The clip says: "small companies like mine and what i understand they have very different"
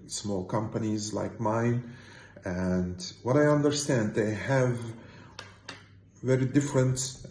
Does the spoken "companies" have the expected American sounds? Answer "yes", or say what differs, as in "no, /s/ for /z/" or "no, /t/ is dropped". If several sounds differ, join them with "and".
yes